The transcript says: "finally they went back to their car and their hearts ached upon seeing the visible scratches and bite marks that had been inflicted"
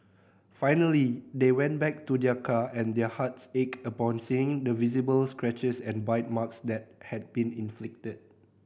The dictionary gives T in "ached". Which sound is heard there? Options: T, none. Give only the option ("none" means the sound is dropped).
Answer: none